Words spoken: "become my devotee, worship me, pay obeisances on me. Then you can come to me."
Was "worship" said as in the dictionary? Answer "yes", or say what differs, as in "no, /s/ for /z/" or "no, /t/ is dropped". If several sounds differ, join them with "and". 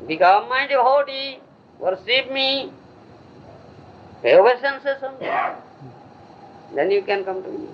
no, /s/ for /ʃ/